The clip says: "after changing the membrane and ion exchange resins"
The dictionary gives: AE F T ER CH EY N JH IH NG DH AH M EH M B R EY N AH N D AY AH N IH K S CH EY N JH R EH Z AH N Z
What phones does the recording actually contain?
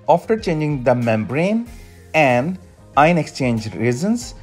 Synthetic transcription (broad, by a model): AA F T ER CH EY N JH IH NG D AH M EH M B R EY N AH N D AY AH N IH K S CH EY N JH R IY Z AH N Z